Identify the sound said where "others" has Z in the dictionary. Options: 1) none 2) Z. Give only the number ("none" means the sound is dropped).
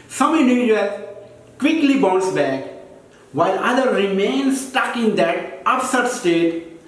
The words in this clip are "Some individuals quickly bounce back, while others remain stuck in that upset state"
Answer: 1